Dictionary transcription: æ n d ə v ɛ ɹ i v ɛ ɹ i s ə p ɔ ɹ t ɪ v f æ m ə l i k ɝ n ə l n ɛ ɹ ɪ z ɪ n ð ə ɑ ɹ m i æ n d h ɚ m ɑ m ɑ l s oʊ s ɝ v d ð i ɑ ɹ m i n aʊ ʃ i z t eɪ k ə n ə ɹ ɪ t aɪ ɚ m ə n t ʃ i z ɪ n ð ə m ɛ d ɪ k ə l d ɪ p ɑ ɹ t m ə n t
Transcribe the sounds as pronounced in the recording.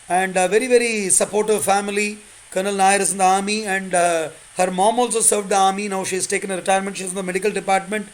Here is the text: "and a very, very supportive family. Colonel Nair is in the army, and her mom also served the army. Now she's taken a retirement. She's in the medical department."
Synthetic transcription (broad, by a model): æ n d v ɛ ɹ i v ɛ ɹ i s ə p ɔ ɹ t ɪ v f æ m ə l i k ɝ n ə l n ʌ ɹ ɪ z ɪ n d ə ɑ ɹ m i æ n d h ɚ m ɑ m ɑ l s oʊ s ɝ v d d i ɑ ɹ m i n aʊ ʃ i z t eɪ k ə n ə ɹ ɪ t aɪ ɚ m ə n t ʃ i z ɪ n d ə m ɛ d ɪ k ə l d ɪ p ɑ ɹ t m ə n t